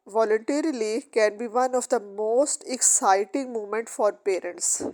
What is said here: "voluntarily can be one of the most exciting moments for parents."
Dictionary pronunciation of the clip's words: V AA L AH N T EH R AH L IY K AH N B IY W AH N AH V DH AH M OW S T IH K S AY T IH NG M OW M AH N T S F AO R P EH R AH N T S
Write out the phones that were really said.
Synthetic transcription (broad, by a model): V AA L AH N T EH R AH L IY K AH N B IY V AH N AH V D AH M OW S T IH K S AY T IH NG M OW M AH N T F AO R P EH R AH N T S